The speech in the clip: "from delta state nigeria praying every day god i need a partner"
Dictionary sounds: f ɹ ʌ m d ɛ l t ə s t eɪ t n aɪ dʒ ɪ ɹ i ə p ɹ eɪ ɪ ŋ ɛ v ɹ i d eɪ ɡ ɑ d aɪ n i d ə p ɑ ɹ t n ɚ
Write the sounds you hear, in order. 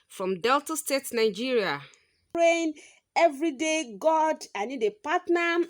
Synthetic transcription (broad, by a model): f ɹ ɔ m d ɛ l t ə s t eɪ t n aɪ dʒ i ɹ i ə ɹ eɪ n ɛ v ɹ i d eɪ ɡ ɑ d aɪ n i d ə p ɑ t n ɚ